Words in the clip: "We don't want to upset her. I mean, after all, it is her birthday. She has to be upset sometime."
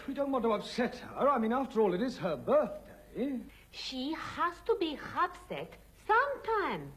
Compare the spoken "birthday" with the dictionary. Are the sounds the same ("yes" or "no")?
yes